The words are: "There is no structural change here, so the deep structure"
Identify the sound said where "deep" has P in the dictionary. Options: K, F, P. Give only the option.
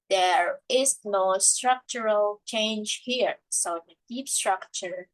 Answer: P